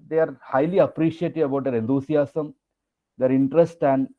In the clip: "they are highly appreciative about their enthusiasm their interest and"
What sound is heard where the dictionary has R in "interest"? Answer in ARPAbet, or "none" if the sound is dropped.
R